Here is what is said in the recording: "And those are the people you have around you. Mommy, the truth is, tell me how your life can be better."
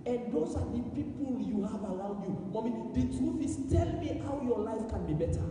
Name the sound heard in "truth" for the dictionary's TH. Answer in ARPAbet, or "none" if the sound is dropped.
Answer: F